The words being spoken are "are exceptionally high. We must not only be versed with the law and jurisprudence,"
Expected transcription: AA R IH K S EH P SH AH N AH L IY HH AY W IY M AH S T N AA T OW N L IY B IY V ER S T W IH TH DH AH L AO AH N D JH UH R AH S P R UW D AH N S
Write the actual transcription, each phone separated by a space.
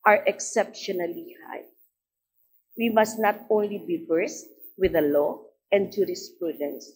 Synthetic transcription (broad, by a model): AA R IH K S EH P SH AH N AH L IY HH AY W IY M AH S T N AA T OW N L IY B IY B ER S T W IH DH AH L AO AH N D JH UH R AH S P R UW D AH N S